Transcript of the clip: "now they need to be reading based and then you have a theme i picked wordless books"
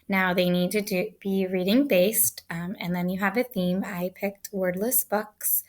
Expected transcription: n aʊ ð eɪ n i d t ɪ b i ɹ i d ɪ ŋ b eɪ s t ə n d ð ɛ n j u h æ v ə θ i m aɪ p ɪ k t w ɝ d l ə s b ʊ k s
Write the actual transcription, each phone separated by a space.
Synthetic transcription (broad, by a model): n aʊ ð eɪ n i d t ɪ b i ɹ i d ɪ ŋ b eɪ s t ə n ð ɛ n j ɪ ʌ v ə θ i m aɪ p ɪ k t w ɝ d l ə s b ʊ k s